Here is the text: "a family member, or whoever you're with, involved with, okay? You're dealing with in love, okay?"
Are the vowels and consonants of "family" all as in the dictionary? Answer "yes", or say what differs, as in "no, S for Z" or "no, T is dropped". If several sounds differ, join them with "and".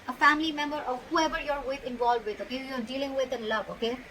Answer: yes